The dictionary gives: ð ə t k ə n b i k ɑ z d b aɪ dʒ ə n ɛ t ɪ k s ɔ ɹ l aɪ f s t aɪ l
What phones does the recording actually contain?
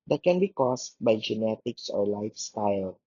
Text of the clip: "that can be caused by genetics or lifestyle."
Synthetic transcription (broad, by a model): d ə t k ə n b i k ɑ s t b aɪ dʒ ə n ɛ t ɪ k s ɔ ɹ l aɪ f s t aɪ l